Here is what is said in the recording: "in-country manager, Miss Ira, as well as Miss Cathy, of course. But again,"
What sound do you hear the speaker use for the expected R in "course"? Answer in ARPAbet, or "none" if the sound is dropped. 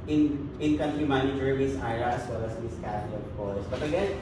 L